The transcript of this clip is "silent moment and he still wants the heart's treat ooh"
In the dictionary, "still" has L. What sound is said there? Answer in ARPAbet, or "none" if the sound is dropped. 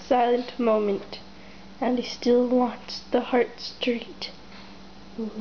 L